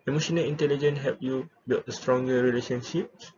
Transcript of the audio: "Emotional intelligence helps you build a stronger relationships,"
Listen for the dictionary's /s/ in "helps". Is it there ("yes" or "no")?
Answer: no